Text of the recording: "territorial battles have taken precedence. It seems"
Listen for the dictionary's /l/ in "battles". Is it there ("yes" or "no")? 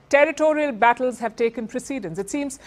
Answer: yes